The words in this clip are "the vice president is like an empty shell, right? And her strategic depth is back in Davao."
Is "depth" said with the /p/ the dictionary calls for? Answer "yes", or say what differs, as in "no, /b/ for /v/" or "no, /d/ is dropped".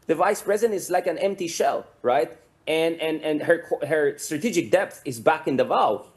yes